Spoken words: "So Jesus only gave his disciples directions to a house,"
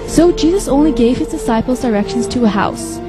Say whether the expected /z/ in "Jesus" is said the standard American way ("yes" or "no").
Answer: yes